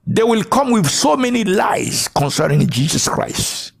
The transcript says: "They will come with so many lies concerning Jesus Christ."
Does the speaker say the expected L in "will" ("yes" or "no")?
yes